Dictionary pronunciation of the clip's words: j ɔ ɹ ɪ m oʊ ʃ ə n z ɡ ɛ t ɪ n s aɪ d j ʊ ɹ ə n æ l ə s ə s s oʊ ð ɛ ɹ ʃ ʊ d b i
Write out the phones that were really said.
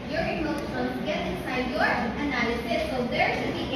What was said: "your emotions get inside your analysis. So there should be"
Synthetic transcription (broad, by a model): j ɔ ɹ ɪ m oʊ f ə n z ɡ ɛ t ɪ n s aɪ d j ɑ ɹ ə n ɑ ə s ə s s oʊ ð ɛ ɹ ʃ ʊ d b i